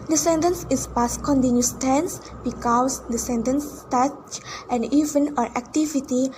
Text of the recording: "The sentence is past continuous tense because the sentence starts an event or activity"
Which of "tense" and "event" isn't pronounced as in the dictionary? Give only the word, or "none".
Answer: event